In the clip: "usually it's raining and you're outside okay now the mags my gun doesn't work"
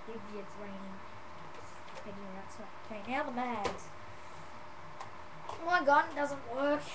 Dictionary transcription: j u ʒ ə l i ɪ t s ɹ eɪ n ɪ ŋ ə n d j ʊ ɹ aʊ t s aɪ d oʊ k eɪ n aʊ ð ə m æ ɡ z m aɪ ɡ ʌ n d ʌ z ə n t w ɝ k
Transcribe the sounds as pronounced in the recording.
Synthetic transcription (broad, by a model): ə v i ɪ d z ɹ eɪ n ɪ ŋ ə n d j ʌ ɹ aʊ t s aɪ oʊ k eɪ n aʊ ð ə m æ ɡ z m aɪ ɡ ʌ n d ʌ z ə n t w ɝ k